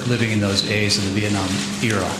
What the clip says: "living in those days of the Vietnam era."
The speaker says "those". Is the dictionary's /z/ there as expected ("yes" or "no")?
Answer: yes